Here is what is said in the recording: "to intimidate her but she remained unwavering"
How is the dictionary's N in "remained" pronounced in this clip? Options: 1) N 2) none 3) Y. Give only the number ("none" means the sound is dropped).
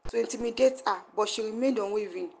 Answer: 2